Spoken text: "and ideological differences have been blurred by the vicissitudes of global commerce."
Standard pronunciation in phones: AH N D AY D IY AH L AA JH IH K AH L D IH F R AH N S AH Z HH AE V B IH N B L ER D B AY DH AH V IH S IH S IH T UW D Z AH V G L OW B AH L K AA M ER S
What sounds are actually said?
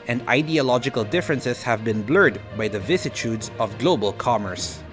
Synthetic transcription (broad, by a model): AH N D AY D IY AH L AA JH IH K AH L D IH F R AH N S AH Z HH AE V B IH N B L ER D B AY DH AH V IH IH S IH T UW D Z AH V G L OW B AH L K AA M ER S